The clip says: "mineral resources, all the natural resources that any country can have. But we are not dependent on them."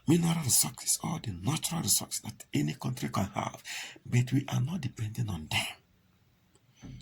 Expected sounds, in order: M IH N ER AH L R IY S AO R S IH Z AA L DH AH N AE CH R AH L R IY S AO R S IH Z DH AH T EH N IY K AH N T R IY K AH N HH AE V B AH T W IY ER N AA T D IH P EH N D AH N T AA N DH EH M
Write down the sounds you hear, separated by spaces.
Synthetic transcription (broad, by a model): M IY N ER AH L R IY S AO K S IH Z AA L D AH N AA CH R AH L R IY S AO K S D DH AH T EH N IY K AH N T R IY K AH N HH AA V B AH T W IY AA N AA T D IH P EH N D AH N AA N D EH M